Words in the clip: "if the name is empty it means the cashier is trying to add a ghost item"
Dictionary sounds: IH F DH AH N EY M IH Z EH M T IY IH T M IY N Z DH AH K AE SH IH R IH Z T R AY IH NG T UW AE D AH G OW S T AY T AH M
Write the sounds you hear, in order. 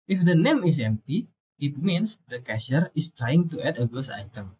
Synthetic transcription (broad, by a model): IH F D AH N EY M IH S EH M T IY IH T M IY N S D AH K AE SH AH R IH S T R AY IH NG T UW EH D AH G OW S AY T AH M